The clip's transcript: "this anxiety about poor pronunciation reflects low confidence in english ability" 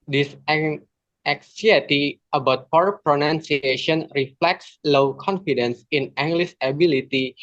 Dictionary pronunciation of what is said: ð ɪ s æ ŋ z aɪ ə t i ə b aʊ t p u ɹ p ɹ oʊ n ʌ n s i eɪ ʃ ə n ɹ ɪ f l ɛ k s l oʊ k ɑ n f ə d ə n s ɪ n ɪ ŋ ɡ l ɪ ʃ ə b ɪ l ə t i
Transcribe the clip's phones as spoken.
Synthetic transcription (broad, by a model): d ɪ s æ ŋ s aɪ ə t i ə b aʊ t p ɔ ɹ p ɹ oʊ n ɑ n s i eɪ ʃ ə n ɹ ɪ f l ɛ k s l oʊ k ɑ n f ə d ə n s ɪ n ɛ ŋ ɡ l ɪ s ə b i l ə t i